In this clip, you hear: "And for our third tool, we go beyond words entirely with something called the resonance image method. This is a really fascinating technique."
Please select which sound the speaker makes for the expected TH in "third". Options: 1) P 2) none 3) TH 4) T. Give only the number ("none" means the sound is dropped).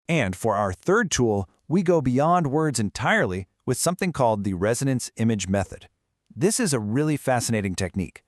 3